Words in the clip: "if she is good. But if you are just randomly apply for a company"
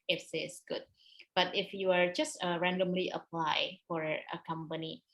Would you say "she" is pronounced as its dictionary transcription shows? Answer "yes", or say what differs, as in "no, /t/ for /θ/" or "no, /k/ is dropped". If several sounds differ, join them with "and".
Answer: no, /s/ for /ʃ/